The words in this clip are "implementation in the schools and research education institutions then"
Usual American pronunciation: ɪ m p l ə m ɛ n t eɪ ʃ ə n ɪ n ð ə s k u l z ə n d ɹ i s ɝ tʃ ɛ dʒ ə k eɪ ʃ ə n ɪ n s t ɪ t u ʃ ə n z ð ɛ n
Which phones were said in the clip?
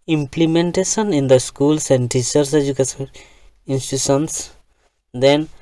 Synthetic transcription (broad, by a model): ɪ m p l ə m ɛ n t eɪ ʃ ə n ɪ n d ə s k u l s ə n d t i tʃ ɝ s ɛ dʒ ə k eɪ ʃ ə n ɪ n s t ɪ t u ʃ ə n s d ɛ n